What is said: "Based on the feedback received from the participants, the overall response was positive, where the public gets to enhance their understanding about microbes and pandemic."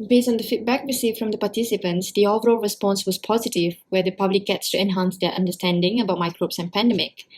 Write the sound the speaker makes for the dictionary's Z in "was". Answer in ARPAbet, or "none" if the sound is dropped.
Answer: S